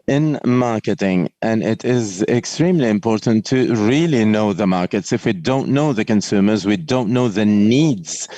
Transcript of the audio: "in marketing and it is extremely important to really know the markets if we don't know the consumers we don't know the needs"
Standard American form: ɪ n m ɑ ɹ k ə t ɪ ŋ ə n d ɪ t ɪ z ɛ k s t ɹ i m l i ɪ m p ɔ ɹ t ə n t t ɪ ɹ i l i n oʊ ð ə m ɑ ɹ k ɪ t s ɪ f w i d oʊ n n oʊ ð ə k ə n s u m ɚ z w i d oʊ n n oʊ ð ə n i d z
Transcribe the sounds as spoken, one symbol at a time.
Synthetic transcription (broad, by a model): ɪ n m ɑ ɹ k ə t ɪ ŋ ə n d ɪ t ɪ z ɛ k s t ɹ i m l i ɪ m p ɔ ɹ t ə n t t ɪ ɹ i l i n oʊ ð ə m ɑ ɹ k ɪ t s ɪ f w i d oʊ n n oʊ ð ə k ə n s u m ɚ z w i d oʊ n n oʊ ð ə n i d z